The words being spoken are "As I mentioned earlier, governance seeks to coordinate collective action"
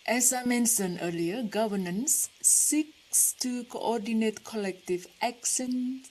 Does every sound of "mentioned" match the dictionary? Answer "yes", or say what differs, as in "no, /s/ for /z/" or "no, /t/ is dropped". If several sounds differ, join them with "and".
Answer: no, /d/ is dropped